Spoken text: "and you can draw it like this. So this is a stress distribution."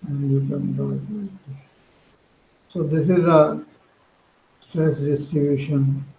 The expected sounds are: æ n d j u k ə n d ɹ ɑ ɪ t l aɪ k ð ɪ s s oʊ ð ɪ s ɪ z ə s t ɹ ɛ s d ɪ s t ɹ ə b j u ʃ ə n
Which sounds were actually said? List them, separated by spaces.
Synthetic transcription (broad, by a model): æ n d j u k ə n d ɑ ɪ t l aɪ k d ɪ s s oʊ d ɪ s ɪ z ə s t ɹ ɛ s d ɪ s t ɹ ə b j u ʃ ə n